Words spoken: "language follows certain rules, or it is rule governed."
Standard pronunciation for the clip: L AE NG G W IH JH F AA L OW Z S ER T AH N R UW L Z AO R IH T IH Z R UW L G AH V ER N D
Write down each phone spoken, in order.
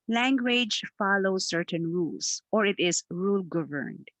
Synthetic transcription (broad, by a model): L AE NG G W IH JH F AA L OW S ER T AH N R UW L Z AO R IH T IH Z R UW L G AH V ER N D